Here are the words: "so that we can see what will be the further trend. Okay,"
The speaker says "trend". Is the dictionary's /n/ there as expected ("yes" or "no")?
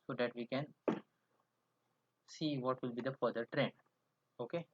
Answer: yes